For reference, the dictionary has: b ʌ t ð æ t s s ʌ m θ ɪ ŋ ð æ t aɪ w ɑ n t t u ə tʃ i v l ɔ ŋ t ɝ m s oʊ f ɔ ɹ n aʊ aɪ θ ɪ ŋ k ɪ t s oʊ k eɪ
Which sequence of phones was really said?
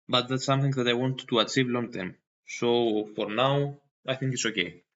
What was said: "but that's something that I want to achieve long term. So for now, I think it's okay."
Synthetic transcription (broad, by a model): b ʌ t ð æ t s s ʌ m θ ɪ ŋ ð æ t aɪ w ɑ n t t u ə tʃ i v l ɔ ŋ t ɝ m s oʊ f ɔ ɹ n aʊ aɪ θ ɪ ŋ k ɪ t s oʊ k eɪ